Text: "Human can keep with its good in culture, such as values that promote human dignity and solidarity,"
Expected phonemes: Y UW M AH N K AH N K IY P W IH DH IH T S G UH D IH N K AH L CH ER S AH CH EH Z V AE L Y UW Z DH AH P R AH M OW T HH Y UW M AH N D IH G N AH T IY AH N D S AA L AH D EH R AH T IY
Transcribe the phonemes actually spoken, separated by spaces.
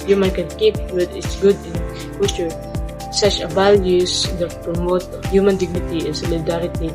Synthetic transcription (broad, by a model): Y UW M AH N K AH N K IY P W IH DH IH T S G UH D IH N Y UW CH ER S AH CH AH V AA L Y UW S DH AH P R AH M OW T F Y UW M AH N D IH G N AH T IY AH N S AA L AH D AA R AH T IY